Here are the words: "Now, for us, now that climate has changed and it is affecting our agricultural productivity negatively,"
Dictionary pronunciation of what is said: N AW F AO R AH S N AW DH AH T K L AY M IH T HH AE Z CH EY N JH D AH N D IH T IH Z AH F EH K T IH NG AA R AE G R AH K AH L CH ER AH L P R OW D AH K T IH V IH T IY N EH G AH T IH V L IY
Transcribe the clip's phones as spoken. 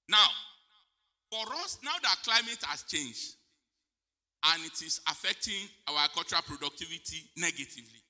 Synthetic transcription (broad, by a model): N AW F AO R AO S N AW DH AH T K L AY M IH T HH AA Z CH EY N JH D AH N IH T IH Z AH F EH K T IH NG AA W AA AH K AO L CH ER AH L P R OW D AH K T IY V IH T IY N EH G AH T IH V L IY